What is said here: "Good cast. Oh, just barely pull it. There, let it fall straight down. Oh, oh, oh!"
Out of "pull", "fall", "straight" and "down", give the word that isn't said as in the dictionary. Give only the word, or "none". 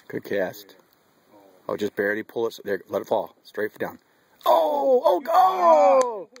none